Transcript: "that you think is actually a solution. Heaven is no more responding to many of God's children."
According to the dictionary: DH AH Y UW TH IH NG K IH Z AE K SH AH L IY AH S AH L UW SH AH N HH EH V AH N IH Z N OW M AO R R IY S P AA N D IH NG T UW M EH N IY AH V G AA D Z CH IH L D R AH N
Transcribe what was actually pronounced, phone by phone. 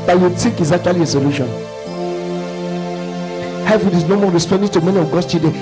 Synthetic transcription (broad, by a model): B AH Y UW T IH K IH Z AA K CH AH L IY AH S AH L UW SH AH N HH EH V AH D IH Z N OW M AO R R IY S P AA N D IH T UW M EH N IY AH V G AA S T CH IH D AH